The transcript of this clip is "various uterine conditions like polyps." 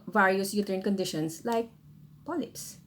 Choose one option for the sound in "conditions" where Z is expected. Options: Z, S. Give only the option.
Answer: S